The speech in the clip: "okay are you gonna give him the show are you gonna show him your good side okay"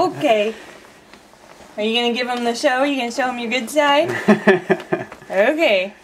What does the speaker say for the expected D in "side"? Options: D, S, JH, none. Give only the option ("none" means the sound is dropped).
none